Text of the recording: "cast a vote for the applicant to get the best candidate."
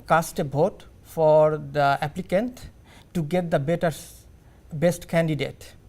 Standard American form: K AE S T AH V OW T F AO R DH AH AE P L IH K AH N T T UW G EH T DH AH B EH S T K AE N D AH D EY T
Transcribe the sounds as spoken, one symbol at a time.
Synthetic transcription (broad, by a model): K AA S T AH B OW T F AO R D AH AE P L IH K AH N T T UW G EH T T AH B EH S T K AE N D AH D EY T